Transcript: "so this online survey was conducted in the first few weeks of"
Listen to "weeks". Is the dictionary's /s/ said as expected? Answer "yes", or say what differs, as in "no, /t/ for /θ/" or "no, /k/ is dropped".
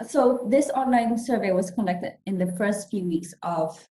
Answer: yes